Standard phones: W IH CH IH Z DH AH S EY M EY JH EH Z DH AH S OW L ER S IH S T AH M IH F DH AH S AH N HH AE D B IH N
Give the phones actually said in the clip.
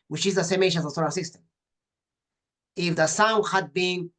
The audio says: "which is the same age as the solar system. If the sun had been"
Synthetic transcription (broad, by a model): W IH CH IH Z DH AH S EY M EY SH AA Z DH AH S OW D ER S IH S T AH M IH F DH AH S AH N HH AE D B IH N